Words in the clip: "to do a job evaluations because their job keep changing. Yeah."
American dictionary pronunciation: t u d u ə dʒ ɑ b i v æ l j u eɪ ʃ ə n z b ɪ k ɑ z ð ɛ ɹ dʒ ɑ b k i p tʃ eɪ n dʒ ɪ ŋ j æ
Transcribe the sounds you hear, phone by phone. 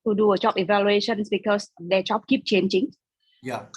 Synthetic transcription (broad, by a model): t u d u ə tʃ ɑ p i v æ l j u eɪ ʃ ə n s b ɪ k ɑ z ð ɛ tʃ ɑ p k i p tʃ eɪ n tʃ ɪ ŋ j